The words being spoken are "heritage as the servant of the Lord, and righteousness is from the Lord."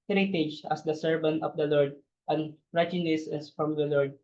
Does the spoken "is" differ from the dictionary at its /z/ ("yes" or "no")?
yes